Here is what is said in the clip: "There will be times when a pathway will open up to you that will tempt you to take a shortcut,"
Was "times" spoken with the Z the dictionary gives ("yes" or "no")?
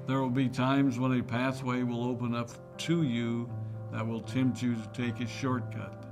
yes